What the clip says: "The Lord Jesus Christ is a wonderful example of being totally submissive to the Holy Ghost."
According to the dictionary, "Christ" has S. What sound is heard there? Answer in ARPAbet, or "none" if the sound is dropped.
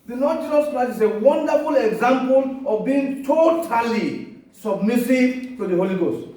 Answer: none